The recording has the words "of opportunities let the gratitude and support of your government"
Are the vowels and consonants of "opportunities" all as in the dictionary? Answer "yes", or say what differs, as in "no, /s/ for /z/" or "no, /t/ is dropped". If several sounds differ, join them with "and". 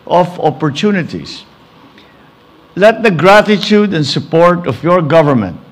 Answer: no, /s/ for /z/